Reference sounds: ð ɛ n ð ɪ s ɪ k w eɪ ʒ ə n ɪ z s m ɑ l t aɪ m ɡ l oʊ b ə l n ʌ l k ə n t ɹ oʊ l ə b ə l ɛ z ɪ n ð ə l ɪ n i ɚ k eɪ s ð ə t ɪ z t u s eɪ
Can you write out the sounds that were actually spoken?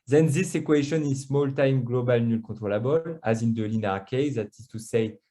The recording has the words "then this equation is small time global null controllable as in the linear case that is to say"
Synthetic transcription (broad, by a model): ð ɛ n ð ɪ s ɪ k w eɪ ʃ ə n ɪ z s m ɑ l t aɪ m ɡ l oʊ b ə l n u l k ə t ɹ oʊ l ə b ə l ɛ z ɪ n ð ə l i n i k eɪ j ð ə t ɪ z t u s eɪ